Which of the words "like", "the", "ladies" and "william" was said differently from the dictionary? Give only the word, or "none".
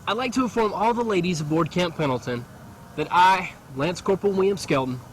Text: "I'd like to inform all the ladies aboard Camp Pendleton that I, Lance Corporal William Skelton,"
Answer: none